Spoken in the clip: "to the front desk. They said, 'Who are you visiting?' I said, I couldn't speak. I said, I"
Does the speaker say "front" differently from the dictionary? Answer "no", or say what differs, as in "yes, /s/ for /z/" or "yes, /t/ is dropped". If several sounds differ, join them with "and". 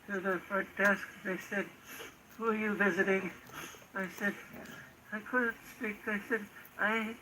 yes, /ɹ/ is dropped and /n/ is dropped